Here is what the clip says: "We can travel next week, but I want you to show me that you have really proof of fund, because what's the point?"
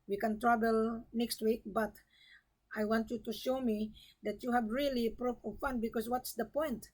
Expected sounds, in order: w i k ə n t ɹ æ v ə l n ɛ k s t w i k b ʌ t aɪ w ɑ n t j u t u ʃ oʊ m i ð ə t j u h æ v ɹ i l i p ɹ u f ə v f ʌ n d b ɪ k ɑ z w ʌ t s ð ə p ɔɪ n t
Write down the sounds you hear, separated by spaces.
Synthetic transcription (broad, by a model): w i k ə n t ɹ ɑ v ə l n ɛ k s t w i k b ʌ t aɪ w ɑ n t j u t u ʃ oʊ m i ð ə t j u h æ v ɹ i l i p ɹ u p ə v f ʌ n b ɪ k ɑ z w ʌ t s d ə p ɔɪ n t